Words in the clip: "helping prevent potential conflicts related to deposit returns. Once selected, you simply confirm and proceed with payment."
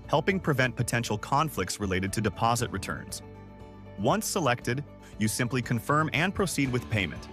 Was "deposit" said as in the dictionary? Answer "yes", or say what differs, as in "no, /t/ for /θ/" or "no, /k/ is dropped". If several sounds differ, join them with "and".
yes